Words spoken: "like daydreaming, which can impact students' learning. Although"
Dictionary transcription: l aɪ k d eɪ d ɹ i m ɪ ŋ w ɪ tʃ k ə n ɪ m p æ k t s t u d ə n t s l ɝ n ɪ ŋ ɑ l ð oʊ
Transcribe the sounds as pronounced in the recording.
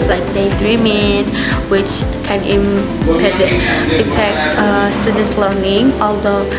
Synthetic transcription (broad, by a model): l aɪ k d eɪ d ɹ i m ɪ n w ɪ tʃ k ə n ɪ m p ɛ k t s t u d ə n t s l ɝ n ɪ ŋ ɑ l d oʊ